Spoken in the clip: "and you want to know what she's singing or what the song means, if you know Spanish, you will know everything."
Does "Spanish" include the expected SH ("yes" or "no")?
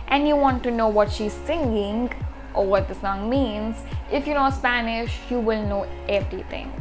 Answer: yes